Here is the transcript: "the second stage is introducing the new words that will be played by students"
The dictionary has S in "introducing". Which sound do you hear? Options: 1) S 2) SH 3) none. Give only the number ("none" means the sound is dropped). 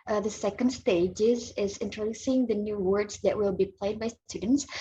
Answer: 1